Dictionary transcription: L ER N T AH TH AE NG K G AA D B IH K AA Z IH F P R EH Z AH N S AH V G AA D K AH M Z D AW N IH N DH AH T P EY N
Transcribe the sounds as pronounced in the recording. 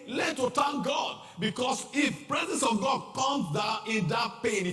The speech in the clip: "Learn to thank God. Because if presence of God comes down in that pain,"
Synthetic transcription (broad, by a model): L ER T AH T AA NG G AA D B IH K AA S IH F P R EH Z AH N S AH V G AA D K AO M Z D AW IH N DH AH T P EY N